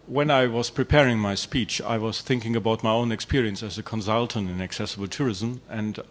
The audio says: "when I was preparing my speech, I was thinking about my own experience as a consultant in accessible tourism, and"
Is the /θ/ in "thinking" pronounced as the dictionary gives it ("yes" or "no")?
yes